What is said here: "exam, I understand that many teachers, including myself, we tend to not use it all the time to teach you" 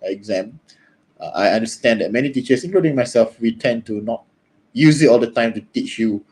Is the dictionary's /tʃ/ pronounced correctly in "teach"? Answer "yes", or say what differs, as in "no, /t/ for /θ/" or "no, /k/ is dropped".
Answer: yes